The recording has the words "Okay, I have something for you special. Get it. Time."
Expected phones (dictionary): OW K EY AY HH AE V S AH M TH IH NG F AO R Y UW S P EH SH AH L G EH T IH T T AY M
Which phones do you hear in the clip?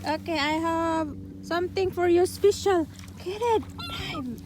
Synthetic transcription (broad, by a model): OW K EY AY HH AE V S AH M T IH NG F AO R Y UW S P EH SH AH L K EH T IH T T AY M